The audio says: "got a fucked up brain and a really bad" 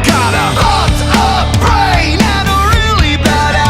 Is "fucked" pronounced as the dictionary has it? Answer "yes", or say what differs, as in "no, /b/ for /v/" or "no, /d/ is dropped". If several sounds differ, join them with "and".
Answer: no, /k/ is dropped